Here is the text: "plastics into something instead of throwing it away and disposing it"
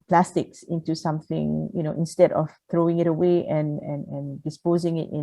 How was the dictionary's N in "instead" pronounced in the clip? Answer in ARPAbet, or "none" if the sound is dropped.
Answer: N